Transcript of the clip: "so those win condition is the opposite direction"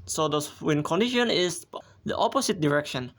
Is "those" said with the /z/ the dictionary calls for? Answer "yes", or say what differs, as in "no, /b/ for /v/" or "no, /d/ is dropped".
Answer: no, /z/ is dropped